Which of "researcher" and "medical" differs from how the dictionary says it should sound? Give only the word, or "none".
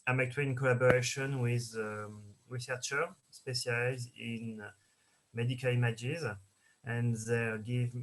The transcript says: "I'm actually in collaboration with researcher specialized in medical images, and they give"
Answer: none